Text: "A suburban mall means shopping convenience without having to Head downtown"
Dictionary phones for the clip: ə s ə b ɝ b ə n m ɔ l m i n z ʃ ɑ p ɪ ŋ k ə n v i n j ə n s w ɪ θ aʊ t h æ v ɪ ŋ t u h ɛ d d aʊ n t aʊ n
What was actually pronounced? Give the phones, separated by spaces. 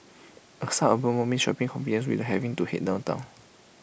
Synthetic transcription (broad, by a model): ə s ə ɝ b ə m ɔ m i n ʃ ɑ p ɪ ŋ k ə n f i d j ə n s w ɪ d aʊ h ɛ v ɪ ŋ t u h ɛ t d aʊ n t aʊ n